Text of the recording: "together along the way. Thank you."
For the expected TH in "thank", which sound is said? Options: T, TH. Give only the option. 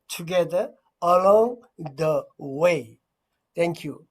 T